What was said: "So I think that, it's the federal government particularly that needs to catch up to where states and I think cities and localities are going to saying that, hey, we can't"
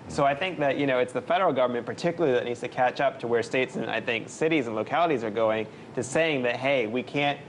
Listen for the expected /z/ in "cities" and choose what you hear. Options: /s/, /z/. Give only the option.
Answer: /z/